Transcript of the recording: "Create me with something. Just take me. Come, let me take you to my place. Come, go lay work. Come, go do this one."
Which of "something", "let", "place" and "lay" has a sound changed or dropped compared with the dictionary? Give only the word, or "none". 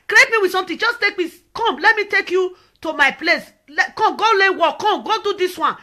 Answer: something